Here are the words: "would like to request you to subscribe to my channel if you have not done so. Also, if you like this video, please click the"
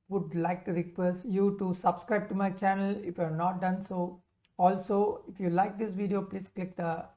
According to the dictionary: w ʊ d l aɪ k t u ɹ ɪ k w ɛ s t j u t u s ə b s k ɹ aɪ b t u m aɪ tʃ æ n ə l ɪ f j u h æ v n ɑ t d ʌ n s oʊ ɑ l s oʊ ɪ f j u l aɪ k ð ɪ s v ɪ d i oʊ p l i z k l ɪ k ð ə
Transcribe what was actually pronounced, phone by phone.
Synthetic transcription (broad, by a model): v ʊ d l aɪ k t u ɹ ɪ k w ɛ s j u t u s ə b s k ɹ aɪ b t u m aɪ tʃ æ n ə l ɪ f j u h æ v n ɑ t d ʌ n s oʊ ɑ l s oʊ ɪ f j u l aɪ k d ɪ s v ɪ d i oʊ p l i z k l ɪ k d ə